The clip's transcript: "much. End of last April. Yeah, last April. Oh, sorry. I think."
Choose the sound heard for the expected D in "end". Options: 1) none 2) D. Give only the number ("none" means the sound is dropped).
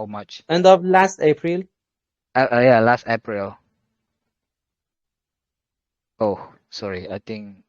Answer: 2